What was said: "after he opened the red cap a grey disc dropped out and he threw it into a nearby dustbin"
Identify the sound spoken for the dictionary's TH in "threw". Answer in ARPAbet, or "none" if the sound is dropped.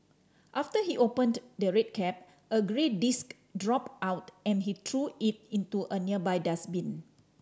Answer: T